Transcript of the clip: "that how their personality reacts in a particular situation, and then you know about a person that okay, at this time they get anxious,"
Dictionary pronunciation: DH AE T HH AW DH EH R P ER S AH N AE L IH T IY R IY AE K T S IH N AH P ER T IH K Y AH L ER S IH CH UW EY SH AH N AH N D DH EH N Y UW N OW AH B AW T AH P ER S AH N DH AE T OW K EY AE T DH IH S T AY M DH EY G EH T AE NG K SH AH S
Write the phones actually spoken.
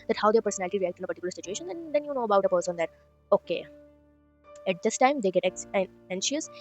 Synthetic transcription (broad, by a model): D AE T HH AW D EH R P ER S AH N AE L IH T IY R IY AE K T IH N AH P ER T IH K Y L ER S IH CH UW EY SH AH N AH N D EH N Y UW N OW AH B AW T AH P ER S AH N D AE T OW K EY AE T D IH S T AY M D EY G EH T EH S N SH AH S